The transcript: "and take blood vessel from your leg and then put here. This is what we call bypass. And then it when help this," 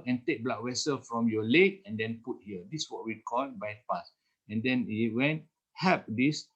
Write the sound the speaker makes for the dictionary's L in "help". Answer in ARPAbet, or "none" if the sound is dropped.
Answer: none